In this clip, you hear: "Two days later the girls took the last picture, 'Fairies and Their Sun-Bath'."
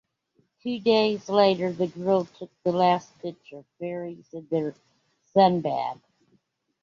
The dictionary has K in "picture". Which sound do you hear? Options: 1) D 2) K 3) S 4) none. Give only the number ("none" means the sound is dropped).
4